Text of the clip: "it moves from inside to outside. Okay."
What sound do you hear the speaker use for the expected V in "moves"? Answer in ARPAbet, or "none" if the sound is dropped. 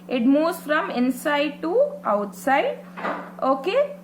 none